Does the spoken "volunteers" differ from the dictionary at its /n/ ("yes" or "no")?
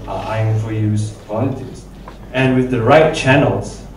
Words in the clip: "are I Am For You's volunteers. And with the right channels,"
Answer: yes